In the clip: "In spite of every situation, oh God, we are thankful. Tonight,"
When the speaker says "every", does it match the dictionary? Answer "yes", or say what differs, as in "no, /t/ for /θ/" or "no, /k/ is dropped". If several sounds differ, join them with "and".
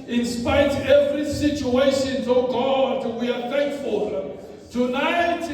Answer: yes